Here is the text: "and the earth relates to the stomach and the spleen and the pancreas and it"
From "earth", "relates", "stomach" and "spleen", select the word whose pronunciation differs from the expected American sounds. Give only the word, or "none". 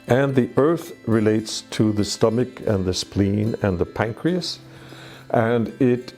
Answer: none